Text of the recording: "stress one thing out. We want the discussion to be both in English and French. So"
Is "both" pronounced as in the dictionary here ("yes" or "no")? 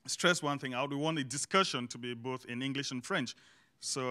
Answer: yes